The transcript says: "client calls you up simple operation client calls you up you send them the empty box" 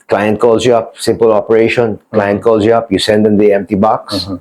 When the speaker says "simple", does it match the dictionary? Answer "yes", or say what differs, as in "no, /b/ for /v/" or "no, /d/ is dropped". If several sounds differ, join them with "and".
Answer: yes